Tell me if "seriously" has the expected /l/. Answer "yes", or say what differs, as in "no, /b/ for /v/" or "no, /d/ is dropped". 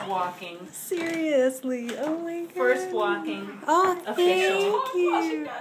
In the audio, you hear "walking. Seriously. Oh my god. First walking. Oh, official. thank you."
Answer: yes